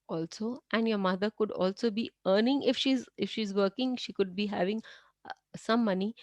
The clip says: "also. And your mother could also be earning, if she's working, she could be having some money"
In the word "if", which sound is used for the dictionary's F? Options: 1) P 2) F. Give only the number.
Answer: 2